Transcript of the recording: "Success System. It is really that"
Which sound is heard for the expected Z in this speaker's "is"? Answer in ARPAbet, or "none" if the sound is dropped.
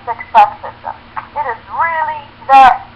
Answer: Z